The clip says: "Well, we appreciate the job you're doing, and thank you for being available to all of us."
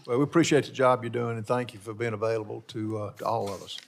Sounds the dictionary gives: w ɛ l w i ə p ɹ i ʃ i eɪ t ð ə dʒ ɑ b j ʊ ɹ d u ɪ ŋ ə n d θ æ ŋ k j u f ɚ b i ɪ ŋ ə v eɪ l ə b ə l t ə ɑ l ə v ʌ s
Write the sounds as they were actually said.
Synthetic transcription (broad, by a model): w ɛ l w i ə p ɹ i ʃ i eɪ t ð ə dʒ ɑ b j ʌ ɹ d u ɪ ŋ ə n θ æ ŋ k j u f ɚ b i ɪ ŋ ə v eɪ l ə b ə l t ə ɑ l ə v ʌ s